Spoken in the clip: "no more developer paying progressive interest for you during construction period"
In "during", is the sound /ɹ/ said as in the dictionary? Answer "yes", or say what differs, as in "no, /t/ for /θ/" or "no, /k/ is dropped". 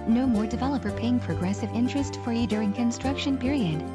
yes